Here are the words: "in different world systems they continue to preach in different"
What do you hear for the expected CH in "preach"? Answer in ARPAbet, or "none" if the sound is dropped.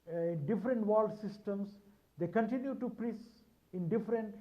S